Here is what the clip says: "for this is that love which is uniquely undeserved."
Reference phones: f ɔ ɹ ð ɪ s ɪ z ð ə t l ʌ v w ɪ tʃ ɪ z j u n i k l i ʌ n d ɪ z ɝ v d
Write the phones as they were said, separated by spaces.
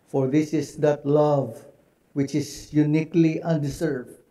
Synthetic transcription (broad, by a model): f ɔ ɹ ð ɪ s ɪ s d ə t l ʌ v w ɪ tʃ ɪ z j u n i k l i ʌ n d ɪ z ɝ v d